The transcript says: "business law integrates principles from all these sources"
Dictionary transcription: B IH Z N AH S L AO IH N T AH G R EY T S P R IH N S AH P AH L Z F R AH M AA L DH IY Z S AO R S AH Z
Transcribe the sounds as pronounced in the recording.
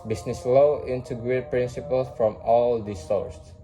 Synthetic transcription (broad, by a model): B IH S N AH S L AO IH N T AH G R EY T P R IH N S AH P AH L S F R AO M AA L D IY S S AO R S